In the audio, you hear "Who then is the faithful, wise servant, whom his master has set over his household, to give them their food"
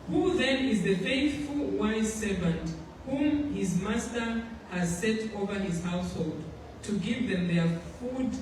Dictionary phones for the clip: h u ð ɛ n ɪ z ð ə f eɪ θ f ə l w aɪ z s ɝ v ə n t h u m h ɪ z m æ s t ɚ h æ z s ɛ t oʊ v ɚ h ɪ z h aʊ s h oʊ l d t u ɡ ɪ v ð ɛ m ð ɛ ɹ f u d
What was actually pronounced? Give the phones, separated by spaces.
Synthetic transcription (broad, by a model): h u ð ɛ n ɪ z ð ə f eɪ θ f ə l w aɪ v s ɝ v ə n t h u m h ɪ z m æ s t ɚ h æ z s ɛ t oʊ v ɚ h ɪ z h aʊ s h oʊ l d t u ɡ ɪ v ð ɛ m ð ɛ ɹ f u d